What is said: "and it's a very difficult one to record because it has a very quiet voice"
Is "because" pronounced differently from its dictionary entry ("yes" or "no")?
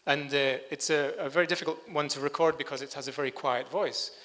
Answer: no